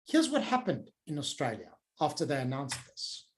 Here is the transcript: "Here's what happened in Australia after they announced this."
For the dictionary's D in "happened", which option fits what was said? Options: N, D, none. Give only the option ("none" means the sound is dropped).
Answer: D